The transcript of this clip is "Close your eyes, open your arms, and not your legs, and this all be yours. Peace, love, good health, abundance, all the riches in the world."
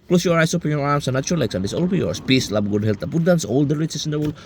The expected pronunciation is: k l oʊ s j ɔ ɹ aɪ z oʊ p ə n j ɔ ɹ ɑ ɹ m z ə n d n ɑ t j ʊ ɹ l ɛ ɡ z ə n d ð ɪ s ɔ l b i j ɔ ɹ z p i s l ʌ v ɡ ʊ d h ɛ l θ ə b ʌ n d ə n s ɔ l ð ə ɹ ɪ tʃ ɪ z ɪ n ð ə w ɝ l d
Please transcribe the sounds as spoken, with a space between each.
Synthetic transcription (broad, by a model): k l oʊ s j ɔ ɹ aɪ s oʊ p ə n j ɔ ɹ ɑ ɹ m s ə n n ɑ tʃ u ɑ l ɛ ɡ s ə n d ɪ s ɔ l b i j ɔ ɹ s p i s l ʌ b ɡ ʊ d h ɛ l t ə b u d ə n s ɔ l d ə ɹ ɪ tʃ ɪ s ɪ n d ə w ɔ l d